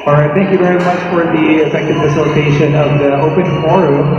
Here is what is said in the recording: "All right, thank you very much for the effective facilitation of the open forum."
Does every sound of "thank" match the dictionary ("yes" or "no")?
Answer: yes